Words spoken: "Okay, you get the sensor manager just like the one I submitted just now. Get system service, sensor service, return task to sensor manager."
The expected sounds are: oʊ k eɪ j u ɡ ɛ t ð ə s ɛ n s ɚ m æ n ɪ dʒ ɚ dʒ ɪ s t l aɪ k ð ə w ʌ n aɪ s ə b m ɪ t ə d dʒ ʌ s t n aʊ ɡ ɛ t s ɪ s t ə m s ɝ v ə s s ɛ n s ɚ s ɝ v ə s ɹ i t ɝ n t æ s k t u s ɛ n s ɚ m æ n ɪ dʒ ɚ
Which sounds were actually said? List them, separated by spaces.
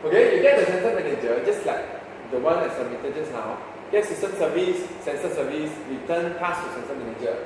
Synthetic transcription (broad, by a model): oʊ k eɪ j u ɡ ɛ t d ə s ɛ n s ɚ m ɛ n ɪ dʒ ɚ dʒ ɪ s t l aɪ k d ə w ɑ n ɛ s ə m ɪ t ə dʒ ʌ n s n aʊ ɡ ɛ t s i s t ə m s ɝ v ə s s ɛ n s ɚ s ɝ v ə s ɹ i t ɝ n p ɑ s t u s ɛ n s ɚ m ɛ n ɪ dʒ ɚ